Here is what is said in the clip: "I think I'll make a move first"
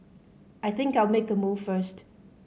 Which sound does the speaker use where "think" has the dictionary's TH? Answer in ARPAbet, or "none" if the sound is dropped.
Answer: TH